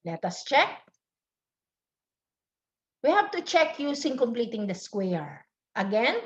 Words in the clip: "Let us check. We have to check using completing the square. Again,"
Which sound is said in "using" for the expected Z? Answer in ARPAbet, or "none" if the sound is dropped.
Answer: S